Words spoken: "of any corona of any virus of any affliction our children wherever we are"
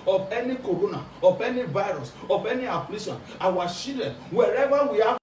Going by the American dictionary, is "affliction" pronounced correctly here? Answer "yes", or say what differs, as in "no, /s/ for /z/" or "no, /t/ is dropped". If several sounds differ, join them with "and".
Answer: no, /p/ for /f/ and /k/ is dropped